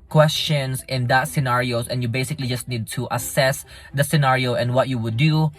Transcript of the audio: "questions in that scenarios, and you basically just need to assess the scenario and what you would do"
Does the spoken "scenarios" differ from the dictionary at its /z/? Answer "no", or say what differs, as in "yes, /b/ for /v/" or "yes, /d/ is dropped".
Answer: yes, /s/ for /z/